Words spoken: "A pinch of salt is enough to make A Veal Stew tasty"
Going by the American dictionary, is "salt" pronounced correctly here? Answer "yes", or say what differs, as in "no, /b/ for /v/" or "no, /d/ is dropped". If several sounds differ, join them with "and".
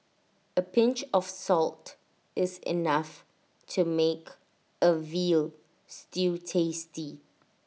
yes